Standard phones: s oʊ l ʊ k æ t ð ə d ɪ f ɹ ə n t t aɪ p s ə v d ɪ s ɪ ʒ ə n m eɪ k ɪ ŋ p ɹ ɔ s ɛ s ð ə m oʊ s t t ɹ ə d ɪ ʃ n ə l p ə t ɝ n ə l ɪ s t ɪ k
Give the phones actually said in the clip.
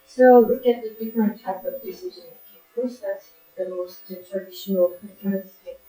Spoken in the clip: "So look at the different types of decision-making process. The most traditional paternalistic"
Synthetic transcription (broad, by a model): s oʊ l ʊ k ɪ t ð ə d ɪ f ɹ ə n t t aɪ p ə v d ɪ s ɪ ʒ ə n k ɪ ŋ p ɹ ɔ s ɛ s ð ə m oʊ s t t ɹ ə d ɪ ʃ n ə l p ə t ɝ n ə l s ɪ